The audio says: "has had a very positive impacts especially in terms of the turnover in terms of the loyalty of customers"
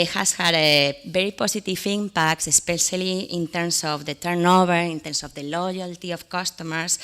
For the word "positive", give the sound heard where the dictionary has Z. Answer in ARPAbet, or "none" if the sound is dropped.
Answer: S